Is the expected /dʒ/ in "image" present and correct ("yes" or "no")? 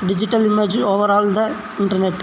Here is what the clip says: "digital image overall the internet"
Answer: yes